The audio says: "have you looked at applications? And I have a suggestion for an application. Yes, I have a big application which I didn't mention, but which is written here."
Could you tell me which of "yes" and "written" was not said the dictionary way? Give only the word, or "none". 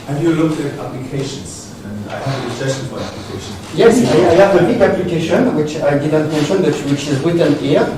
written